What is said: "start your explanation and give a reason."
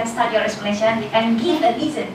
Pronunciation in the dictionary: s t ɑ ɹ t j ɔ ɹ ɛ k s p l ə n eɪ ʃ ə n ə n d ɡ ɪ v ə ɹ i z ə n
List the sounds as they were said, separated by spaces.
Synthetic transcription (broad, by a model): s t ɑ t j ɔ ɹ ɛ s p ə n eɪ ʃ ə n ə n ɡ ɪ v ə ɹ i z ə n